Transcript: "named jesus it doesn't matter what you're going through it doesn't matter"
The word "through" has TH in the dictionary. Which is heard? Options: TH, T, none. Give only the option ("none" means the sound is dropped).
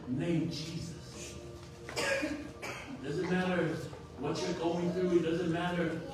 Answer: TH